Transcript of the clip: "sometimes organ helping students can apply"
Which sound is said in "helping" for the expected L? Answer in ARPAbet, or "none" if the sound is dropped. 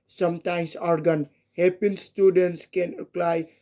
none